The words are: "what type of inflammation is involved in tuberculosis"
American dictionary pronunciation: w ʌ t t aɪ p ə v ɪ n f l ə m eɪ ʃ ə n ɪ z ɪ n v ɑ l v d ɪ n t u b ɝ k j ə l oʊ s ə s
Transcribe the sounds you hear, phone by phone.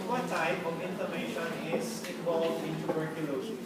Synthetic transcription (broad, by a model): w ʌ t t aɪ p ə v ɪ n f ə m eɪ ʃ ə n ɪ s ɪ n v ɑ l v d ɪ n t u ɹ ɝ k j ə l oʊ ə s